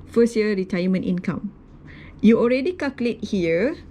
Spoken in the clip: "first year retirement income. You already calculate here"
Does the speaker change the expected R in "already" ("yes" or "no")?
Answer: no